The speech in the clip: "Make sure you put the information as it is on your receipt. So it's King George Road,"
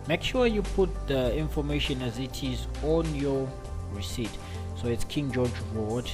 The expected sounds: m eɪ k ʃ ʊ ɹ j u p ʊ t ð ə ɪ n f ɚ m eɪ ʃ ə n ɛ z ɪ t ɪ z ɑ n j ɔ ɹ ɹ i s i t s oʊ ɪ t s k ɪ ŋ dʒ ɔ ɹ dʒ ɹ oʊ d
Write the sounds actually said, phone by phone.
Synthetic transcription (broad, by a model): m eɪ k ʃ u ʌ j u p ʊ t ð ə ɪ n f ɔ m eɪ ʃ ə n ɛ z ɪ t ɪ z ɑ n j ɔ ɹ ɹ i s i t s oʊ ɪ t s k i ŋ dʒ ɔ dʒ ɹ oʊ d